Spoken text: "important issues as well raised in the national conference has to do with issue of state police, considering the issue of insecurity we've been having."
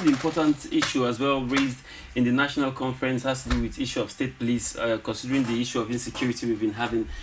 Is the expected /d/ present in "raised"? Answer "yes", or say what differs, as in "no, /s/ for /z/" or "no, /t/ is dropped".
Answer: yes